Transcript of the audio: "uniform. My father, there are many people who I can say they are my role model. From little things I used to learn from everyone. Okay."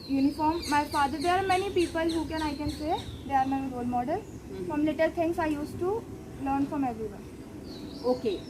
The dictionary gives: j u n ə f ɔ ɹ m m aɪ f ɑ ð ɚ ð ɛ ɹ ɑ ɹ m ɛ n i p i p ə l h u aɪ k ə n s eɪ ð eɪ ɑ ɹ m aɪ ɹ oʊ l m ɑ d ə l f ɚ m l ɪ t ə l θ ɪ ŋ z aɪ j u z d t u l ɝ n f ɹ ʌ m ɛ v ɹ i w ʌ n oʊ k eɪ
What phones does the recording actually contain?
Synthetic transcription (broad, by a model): j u n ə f ɔ ɹ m m aɪ f ɑ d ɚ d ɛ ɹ ɑ ɹ m ɛ n i p i p ə l h u aɪ k ə n s eɪ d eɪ ɑ ɹ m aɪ ɹ oʊ l m ɑ d ə l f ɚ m l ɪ t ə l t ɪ ŋ s aɪ j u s t u l ɝ n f ɹ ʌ m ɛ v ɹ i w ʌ oʊ k eɪ